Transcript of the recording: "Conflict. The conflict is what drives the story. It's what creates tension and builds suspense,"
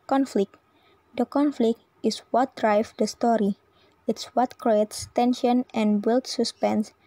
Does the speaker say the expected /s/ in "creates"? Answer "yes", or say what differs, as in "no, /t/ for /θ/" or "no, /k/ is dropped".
yes